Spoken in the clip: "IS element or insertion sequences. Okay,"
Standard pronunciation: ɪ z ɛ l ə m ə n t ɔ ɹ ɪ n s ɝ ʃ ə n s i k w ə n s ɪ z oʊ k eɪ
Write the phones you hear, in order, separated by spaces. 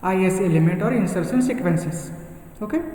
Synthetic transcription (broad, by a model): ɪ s ɛ l ə m ə n t ɔ ɹ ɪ n s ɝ s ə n s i k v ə n s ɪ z oʊ k eɪ